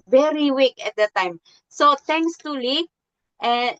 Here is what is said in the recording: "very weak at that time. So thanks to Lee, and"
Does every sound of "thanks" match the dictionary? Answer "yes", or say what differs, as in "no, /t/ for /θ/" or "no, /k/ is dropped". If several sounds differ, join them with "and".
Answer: no, /t/ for /θ/